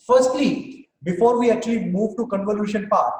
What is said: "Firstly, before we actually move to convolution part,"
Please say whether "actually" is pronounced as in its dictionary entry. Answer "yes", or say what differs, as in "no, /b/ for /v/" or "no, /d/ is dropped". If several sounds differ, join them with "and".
no, /k/ is dropped and /l/ is dropped